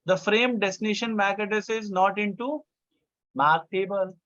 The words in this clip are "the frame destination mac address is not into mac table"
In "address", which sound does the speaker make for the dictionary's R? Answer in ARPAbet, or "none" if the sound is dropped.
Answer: none